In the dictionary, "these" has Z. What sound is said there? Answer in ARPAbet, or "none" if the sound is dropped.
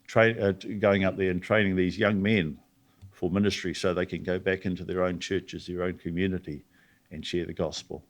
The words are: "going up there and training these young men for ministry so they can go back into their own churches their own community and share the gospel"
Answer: Z